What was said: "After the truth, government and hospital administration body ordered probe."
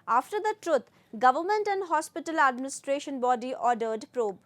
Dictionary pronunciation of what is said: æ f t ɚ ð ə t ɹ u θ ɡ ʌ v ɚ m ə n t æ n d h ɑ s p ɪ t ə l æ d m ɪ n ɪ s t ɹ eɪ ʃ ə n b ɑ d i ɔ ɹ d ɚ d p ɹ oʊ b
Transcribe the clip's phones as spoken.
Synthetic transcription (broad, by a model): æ f t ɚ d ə t ɹ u t ɡ ʌ v ɚ m ə n t æ n d h ɑ s p ɪ t ə l æ d m ɪ n ɪ s t ɹ eɪ ʃ ə n b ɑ d i ɔ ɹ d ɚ d p ɹ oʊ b